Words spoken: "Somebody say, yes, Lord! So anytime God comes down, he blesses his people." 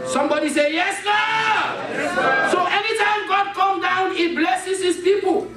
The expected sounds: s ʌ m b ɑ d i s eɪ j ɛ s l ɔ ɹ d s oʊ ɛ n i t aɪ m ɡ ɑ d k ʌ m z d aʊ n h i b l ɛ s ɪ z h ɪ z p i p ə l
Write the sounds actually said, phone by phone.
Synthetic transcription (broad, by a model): s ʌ m b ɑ d i s eɪ j ɛ s n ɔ s oʊ ɛ n i t aɪ m ɡ ɑ d k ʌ m d aʊ n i b l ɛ s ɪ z h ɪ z p i p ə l